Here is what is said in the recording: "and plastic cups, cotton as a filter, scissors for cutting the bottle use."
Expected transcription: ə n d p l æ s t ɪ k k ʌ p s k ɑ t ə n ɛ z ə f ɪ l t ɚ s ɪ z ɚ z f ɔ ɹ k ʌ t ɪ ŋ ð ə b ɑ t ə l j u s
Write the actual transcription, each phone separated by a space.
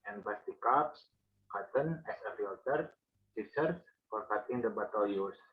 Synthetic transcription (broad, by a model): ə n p ɑ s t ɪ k k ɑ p s k ɑ t ə n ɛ s ə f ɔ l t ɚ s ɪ s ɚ s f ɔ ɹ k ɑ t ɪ ŋ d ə b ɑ t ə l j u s